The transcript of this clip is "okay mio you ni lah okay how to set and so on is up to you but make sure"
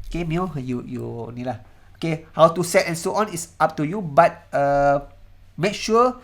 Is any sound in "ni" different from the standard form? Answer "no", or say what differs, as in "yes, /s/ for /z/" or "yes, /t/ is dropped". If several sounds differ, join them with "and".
no